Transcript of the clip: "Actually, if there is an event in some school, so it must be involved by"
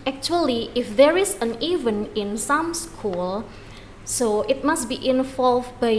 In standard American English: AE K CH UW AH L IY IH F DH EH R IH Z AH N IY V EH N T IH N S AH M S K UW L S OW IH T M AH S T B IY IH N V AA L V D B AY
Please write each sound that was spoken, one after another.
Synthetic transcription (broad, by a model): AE K CH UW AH L IY IH F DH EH R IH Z AH N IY V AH N IH N S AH M S K UW L S OW IH T M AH S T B IY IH N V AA L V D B AY